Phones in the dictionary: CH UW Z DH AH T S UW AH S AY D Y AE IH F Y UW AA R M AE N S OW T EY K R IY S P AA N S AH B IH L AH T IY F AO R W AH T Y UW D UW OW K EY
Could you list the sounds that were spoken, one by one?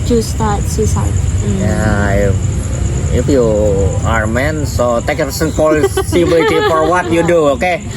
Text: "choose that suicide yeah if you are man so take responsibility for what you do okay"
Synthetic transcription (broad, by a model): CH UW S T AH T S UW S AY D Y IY IH F Y UW AA R M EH N S OW T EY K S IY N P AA L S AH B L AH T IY F AO R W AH T Y UW D UW OW K EY